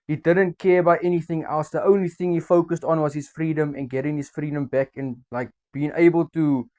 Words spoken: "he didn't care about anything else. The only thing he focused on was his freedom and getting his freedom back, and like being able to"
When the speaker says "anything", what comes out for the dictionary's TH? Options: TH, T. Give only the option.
TH